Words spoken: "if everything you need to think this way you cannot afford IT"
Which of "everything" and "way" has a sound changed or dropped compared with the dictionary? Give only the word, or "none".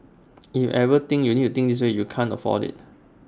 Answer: everything